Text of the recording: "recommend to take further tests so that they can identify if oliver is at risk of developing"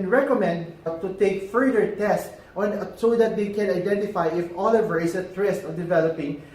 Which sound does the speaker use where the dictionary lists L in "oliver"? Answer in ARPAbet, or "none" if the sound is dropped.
L